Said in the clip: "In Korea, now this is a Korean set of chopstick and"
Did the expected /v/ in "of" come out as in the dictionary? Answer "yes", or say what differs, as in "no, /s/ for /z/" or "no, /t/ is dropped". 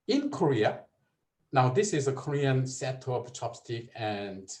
no, /p/ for /v/